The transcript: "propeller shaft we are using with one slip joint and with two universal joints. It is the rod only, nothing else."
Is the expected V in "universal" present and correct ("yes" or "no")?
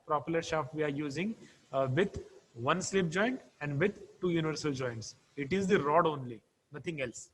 yes